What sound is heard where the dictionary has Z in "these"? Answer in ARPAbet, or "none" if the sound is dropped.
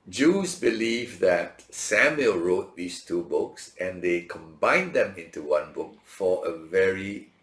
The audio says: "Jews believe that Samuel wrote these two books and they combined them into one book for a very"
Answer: S